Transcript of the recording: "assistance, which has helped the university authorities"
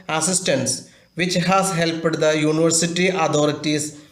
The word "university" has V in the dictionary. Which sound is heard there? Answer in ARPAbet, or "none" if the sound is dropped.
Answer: V